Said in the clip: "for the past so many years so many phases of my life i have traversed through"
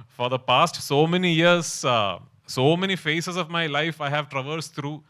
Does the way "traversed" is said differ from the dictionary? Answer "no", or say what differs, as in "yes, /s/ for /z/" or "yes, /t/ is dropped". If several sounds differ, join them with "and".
no